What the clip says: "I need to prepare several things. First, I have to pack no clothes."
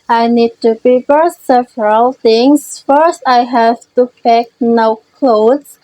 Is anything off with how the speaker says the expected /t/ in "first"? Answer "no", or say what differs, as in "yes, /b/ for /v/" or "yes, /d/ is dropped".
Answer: no